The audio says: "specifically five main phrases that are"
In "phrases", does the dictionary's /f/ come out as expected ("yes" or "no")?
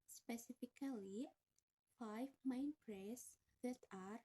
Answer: no